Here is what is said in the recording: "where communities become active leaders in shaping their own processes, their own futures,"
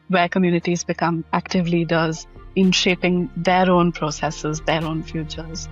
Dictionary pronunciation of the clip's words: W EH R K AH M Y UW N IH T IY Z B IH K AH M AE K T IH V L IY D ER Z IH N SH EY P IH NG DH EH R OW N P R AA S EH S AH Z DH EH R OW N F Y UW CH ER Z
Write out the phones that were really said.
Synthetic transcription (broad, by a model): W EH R K AH M Y UW N IH T IY Z B IH K AH M AE K T IH V L IY D ER Z IH N SH EY P IH NG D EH R OW N P R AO S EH S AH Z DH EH R OW N F Y UW CH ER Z